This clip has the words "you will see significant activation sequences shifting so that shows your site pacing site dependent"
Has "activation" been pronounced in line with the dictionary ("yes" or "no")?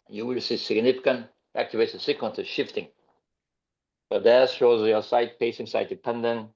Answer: no